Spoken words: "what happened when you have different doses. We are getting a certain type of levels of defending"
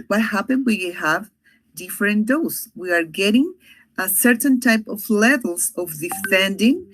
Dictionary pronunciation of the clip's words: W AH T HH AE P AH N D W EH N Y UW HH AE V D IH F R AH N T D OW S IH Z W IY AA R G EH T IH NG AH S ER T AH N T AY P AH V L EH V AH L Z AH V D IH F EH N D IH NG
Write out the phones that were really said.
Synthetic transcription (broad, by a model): W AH T HH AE P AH N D W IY HH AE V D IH F R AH N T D OW IH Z W IY AA R G EH T IH NG AH S ER T AH N T AY P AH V L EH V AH L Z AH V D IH F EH N D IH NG